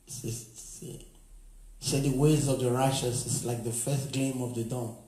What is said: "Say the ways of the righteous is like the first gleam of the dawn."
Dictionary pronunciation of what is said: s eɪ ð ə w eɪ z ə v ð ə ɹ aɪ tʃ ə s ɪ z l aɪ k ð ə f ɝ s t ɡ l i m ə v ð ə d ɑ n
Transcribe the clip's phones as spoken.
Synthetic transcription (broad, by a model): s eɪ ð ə w eɪ z ə v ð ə ɹ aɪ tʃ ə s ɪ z l aɪ k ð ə f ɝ s t ɡ ɛ m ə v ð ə d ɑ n